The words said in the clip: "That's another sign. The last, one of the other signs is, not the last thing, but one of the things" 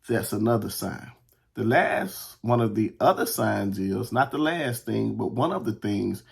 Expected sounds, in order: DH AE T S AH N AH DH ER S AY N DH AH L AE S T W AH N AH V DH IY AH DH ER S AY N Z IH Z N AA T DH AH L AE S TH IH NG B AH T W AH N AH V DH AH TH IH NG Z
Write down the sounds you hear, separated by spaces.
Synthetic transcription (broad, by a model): DH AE T S AH N AH DH ER S AY N DH AH L AE S T W AH N AH V DH IY AH DH ER S AY N Z IH Z N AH T DH AH L AE S TH IH NG B AH T W AH N AH V DH AH TH IH NG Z